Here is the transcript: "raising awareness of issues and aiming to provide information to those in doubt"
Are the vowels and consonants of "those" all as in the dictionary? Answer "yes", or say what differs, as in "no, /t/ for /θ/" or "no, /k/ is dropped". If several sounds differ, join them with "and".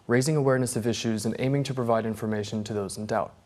yes